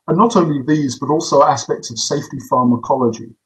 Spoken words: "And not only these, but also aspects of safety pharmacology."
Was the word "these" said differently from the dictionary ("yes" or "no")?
no